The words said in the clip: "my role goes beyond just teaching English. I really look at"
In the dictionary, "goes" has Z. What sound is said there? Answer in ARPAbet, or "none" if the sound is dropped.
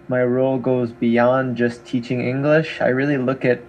Z